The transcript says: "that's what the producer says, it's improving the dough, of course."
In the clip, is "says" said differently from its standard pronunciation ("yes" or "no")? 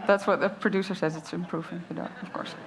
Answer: no